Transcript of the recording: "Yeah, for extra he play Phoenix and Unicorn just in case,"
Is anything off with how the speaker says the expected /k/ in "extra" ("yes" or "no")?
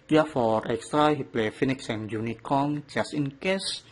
no